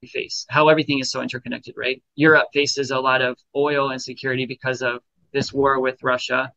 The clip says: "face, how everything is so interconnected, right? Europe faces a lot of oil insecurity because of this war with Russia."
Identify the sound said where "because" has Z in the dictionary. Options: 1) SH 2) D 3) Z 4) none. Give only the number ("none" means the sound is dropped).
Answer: 3